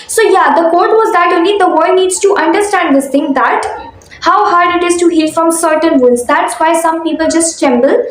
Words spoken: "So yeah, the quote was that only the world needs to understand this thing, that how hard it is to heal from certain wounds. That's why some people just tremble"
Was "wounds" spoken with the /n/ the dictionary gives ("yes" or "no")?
no